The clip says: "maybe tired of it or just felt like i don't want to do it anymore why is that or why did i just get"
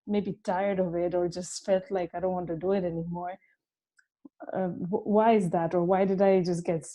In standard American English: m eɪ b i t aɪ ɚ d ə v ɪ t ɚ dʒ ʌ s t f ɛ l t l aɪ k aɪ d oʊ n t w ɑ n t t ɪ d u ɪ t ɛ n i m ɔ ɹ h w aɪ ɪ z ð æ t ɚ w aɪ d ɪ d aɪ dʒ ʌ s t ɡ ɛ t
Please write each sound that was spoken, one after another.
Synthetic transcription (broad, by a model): m eɪ b i t aɪ ɚ d ə v ɪ t ɚ dʒ ʌ s t f ɛ l t l aɪ k aɪ d oʊ n t w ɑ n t t ɪ d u ɪ t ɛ n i m ɔ ɹ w w aɪ ɪ z ð æ t ɚ w aɪ d ɪ d aɪ dʒ ʌ s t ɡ ɛ t